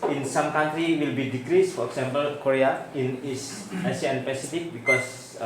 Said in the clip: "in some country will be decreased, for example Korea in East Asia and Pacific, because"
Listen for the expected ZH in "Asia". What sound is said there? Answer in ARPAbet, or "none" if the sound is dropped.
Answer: S